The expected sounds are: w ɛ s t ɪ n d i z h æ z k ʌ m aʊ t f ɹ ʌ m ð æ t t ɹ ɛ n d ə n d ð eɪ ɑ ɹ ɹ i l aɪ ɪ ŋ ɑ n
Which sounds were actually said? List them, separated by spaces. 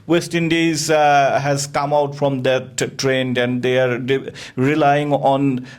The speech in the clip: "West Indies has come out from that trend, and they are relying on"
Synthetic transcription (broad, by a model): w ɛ s t ɪ n d i z h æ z k ʌ m aʊ t f ɹ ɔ m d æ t t ɹ ɛ n d ə n d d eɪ ɑ ɹ ɹ i l aɪ ɪ ŋ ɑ n